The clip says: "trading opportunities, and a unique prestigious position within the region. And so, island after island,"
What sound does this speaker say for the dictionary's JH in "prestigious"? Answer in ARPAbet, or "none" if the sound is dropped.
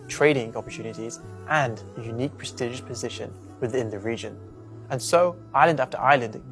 ZH